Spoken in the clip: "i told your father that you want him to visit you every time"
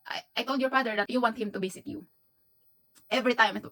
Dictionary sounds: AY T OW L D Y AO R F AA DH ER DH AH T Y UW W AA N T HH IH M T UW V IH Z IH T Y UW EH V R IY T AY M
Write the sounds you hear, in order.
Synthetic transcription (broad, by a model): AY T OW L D Y AO R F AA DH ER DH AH T Y UW W AA N T HH IH M T UW B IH S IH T Y UW EH V R IY T AY M